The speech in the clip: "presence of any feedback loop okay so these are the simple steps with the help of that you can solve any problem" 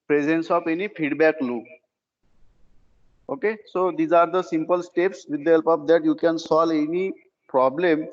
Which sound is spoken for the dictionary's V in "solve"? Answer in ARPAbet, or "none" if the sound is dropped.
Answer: none